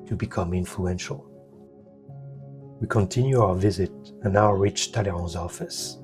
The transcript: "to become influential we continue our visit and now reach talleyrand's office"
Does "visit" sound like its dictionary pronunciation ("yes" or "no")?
yes